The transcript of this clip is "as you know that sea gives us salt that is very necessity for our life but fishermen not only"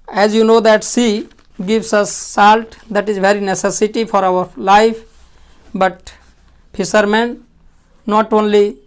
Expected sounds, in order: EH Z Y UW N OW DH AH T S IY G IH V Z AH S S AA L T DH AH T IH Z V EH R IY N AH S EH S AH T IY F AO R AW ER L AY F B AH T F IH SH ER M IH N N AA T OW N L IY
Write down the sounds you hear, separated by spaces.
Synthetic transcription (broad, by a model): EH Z Y UW N OW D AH T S IY G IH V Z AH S S AA L T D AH T IH Z V EH R IY N AH S EH S AH T IY F AO R AW ER L AY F B AH T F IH S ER M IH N N AA T OW N L IY